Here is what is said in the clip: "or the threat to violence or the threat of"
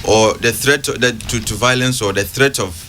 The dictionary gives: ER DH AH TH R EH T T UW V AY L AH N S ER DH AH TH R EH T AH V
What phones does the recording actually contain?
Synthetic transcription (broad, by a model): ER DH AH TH R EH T T UW V AY L AH N S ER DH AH TH R EH T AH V